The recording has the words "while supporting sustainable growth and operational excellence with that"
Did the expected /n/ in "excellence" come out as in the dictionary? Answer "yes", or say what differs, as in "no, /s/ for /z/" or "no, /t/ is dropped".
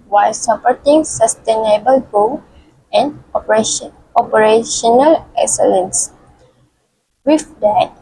yes